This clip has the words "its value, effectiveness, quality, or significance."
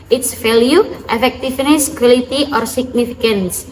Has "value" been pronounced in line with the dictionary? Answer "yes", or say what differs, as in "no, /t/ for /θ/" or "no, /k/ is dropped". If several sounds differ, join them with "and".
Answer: no, /f/ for /v/